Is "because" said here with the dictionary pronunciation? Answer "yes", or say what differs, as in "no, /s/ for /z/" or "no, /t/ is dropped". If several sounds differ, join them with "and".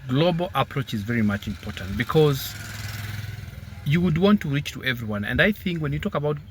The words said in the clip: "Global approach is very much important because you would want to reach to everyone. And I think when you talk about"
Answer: yes